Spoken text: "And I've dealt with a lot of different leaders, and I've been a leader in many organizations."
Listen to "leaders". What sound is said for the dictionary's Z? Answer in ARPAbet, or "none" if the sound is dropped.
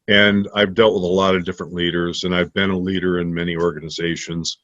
Z